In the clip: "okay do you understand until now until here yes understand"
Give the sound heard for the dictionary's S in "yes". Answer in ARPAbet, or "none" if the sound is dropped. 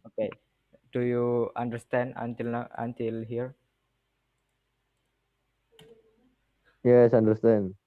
S